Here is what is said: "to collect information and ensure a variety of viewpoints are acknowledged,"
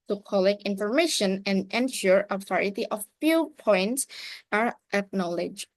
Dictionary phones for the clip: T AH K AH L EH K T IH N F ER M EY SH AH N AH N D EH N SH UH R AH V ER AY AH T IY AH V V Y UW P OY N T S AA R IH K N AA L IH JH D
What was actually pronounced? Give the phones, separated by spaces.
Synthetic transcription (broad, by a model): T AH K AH L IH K IH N F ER M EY SH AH N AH N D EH N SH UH R AH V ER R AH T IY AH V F Y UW P OY N T S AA R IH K N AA L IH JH